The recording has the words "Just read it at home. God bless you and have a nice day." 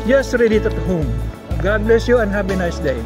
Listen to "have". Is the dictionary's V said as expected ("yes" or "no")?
no